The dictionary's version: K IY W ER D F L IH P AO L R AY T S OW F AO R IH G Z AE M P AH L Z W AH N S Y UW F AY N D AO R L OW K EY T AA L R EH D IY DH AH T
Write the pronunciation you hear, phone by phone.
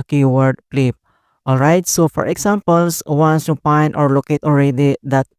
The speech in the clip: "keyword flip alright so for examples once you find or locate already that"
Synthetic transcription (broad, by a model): K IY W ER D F L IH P AO L R AY T S OW F AO R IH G S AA M P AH L S W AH N S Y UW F AY N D AO R L OW K EY T AA L R EH D IY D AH T